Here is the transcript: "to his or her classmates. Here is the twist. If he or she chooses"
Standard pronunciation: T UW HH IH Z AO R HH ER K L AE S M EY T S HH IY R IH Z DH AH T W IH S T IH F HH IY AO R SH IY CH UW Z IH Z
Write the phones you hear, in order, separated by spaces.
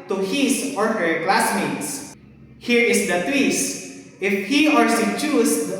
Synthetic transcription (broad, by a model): T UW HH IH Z AO R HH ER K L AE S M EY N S HH IY R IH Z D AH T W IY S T IH F HH IY AO R S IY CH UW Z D